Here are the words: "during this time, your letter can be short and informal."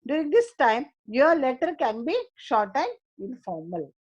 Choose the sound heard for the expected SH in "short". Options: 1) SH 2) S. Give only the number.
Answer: 1